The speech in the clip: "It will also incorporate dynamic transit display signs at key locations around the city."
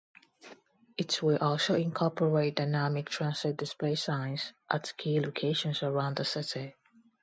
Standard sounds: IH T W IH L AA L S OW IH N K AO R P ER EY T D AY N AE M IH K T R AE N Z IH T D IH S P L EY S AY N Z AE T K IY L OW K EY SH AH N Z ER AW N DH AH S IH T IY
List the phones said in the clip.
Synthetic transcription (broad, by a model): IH T W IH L AA L S OW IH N K AO R P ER EY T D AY N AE M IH K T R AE N S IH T D IH S P L EY S AY N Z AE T K IY L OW K EY SH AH N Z ER AW N DH AH S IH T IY